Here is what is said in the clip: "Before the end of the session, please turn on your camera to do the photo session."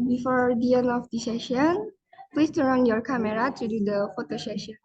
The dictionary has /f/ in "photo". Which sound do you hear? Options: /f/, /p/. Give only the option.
/f/